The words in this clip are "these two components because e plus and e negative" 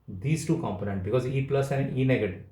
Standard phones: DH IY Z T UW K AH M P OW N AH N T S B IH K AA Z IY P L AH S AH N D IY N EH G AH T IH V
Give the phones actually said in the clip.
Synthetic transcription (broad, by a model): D IY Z T UW K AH M P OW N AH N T B IH K AA Z IY P L AH S AH N D IY N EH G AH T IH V